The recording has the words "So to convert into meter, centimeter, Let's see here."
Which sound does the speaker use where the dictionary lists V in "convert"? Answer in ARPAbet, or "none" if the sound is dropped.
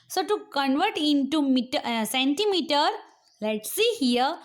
V